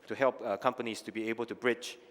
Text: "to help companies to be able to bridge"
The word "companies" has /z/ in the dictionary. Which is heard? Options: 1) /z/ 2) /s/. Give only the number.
2